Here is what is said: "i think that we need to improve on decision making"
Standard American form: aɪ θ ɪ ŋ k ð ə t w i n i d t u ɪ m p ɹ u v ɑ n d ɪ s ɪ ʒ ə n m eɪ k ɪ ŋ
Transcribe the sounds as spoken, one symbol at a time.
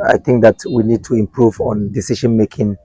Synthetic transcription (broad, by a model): aɪ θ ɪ ŋ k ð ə t w i n i d t u ɪ m p ɹ u v ɑ n d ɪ s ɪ ʃ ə n m eɪ k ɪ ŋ